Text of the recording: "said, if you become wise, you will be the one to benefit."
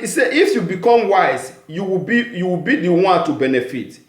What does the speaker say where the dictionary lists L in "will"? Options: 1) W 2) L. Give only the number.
1